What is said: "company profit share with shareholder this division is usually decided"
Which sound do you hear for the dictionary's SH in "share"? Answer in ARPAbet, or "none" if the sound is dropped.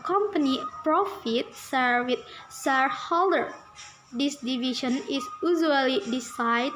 S